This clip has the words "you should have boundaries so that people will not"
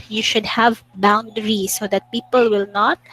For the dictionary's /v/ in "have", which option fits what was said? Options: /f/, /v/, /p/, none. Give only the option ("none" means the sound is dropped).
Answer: /v/